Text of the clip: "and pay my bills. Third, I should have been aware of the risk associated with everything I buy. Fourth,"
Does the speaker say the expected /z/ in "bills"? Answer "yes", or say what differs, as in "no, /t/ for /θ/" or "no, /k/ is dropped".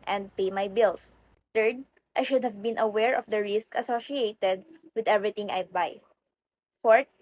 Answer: no, /s/ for /z/